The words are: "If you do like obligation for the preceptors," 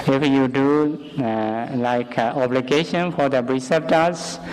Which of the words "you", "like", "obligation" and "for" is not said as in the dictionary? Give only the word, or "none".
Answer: none